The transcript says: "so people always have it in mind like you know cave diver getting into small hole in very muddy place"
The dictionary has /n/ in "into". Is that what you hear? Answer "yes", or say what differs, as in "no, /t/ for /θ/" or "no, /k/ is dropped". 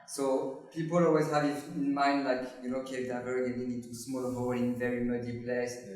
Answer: no, /n/ is dropped